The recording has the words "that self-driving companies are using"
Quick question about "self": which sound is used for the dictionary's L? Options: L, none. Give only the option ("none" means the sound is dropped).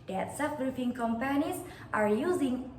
none